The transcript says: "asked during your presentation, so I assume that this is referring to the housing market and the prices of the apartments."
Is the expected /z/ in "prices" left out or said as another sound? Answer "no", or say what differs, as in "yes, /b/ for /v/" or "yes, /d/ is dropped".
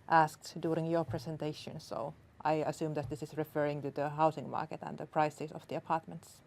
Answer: yes, /s/ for /z/